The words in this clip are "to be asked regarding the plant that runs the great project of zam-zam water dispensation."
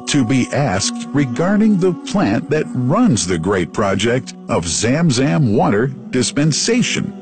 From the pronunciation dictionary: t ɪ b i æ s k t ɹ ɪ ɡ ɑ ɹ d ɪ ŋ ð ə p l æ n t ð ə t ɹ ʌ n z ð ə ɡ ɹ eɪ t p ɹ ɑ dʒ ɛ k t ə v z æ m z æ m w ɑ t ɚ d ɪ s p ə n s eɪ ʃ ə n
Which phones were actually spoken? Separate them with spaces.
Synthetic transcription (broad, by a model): t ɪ b i æ s k t ɹ ɪ ɡ ɑ ɹ d ɪ ŋ ð ə p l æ n ð ə t ɹ ʌ n z ð ə ɡ ɹ eɪ t p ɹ ɑ dʒ ɛ k t ə v z æ m z æ m w ɑ t ɚ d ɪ s p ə n s eɪ ʃ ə n